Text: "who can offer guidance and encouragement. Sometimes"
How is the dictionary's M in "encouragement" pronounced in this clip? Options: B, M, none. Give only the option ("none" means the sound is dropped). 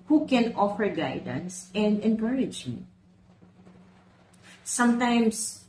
none